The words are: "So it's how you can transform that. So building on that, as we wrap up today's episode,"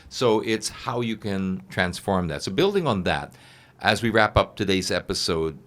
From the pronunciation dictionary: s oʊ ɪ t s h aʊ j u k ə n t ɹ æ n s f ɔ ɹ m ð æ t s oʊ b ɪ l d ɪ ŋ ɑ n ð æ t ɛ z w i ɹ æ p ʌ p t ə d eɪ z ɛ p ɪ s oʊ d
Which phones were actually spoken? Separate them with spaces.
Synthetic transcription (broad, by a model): s oʊ ɪ t s h aʊ j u k ə n t ɹ æ n s f ɔ ɹ m ð æ t s oʊ b ɪ l d ɪ ŋ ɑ n ð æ t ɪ z w i ɹ æ p ʌ p t ə d eɪ z ɛ p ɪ s oʊ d